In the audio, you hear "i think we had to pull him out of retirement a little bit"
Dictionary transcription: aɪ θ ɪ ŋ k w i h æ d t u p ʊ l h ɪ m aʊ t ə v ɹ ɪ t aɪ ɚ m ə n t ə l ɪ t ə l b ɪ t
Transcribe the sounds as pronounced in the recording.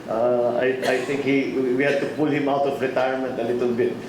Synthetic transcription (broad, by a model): aɪ t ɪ ŋ k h i h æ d t u p ʊ l h ɪ m aʊ t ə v ɹ ɪ t aɪ ɚ m ə n t ə l ɪ t ə l b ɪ t